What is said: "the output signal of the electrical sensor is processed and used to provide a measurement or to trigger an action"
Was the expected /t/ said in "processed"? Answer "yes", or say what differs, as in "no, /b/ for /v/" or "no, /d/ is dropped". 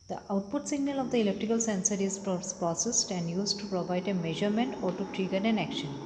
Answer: yes